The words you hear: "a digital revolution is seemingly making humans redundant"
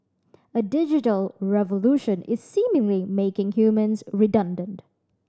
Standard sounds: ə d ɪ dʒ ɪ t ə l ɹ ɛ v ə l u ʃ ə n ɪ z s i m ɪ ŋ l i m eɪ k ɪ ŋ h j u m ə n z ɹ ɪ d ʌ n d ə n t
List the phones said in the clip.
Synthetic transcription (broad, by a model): ə d ɪ dʒ ɪ t ə l ɹ ɛ v ə l u ʃ ə n ɪ z s i m ɪ ŋ l i m eɪ k ɪ ŋ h j u m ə n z ɹ ɪ d ʌ n d ə n t